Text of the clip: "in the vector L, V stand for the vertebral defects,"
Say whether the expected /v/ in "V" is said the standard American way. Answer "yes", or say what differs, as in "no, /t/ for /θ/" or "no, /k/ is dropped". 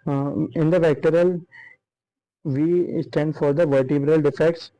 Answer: yes